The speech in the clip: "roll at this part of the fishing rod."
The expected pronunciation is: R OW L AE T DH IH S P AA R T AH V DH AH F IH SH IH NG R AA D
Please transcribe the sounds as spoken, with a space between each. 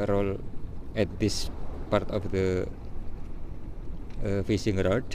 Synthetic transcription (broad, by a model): R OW L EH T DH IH S P AA R T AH F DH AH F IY S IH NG R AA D